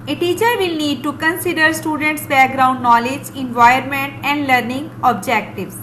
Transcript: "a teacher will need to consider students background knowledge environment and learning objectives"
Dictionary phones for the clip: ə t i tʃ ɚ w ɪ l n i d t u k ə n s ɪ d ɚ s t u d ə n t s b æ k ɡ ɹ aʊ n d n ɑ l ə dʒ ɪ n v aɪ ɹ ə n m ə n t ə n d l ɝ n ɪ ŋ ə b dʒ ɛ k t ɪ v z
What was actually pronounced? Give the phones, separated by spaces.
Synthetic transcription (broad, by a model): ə t i tʃ ɚ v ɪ l n i d t u k ə n s ɪ d ɚ s t u d ə n t s b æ k ɡ ɹ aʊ n d n ɑ l ə dʒ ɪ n v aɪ ə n m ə n t ə n d l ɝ n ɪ ŋ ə b dʒ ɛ k t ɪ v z